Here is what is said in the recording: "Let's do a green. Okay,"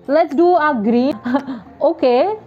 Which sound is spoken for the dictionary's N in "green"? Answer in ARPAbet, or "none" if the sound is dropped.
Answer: none